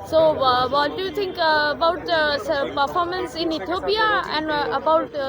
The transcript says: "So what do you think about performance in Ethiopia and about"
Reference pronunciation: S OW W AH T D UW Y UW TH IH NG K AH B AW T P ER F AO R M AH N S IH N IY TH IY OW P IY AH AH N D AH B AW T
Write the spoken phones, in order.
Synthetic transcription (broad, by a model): S OW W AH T D UW Y UW T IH NG K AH B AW T P ER F AO R M AH N S IH N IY T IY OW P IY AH AH N D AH B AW T